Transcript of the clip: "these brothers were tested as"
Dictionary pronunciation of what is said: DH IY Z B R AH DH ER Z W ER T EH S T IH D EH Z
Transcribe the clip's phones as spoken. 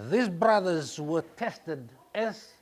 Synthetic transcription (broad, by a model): DH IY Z B R AH DH ER Z W ER T EH S T IH D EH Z